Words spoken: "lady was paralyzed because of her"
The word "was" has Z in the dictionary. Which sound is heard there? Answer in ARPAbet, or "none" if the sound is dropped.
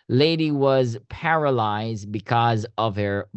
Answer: Z